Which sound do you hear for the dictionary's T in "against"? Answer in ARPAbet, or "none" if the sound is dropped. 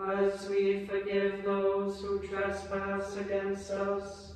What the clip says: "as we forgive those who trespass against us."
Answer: none